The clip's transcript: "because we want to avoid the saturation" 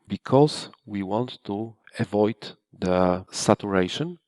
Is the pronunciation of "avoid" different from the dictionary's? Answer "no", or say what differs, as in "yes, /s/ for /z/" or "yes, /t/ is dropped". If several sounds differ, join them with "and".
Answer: no